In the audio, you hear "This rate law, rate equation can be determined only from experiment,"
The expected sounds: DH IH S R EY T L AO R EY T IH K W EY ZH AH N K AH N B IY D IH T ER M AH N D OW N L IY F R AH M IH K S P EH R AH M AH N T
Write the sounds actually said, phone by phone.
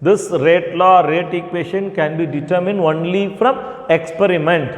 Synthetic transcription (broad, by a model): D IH S R EY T L AO R EY T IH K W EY SH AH N K AH N B IY D IH T ER M AH N D OW N L IY F R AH M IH K S P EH R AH M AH N T